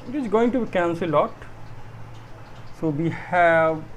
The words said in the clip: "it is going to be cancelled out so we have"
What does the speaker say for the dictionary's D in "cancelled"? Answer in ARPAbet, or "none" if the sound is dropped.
none